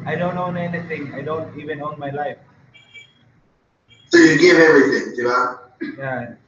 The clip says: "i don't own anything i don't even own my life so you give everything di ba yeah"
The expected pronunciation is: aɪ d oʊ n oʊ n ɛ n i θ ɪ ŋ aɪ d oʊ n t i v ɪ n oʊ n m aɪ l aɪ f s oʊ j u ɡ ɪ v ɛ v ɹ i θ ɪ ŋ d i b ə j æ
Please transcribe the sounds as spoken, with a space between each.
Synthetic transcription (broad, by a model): aɪ d oʊ n oʊ n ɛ n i t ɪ ŋ aɪ d oʊ n t i v ɪ n oʊ n m aɪ l aɪ f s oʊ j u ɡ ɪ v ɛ ɹ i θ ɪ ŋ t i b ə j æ